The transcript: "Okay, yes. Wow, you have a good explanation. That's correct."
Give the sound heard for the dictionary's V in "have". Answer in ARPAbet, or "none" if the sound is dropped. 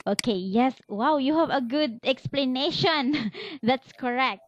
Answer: V